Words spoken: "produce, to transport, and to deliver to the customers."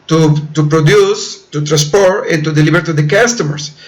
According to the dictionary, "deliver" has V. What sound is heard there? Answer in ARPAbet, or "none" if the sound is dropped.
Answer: B